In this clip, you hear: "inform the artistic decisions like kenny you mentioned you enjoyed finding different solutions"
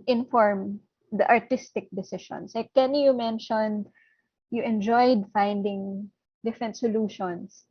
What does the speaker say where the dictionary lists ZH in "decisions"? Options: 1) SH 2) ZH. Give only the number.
1